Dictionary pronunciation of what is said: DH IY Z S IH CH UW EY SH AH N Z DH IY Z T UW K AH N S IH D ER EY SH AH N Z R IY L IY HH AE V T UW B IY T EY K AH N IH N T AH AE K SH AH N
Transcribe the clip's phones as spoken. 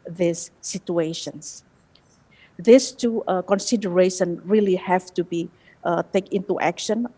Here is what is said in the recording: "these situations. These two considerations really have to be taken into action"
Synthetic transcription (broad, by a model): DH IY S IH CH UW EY SH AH N S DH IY S T UW K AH N S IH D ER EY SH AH N R IY L IY HH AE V T UW B IY T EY K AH N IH T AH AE K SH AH N